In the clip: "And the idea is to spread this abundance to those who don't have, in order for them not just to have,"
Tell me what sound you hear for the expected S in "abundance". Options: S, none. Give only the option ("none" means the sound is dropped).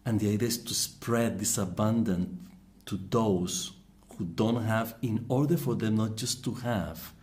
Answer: none